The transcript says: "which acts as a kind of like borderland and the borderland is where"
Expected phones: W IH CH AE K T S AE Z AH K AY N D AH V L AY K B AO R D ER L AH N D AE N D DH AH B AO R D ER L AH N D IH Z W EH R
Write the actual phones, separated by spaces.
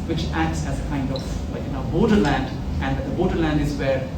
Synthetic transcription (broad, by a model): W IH CH AE K T S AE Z AH K AY N D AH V N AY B AO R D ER L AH N D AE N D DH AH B AO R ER L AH N D IH Z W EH R